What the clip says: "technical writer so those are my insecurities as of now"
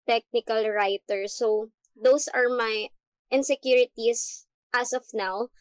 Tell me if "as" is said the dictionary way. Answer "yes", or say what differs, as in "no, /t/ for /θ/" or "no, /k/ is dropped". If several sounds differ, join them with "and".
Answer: no, /s/ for /z/